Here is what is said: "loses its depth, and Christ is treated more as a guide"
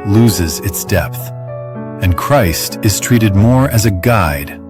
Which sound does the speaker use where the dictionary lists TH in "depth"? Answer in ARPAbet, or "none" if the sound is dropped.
TH